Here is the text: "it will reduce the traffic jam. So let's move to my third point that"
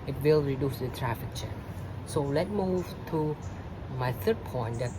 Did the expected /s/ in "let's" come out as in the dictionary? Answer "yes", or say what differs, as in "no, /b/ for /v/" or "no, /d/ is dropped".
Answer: no, /s/ is dropped